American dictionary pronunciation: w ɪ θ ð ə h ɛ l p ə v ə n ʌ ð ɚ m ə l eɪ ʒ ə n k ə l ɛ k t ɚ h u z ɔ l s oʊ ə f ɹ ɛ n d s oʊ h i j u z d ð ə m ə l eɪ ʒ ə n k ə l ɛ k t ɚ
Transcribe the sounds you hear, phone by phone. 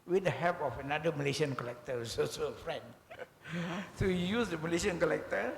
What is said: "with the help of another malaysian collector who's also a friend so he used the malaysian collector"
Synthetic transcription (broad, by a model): w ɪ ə h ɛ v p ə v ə n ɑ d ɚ m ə l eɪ ʃ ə n k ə l ɛ k t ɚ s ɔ s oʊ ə f ɹ ɛ n d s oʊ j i j u s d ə m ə l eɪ ʃ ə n k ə l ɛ k t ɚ